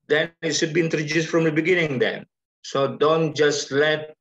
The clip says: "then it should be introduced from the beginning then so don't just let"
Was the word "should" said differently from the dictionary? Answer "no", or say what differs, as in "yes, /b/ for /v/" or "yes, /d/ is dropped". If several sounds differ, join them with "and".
yes, /s/ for /ʃ/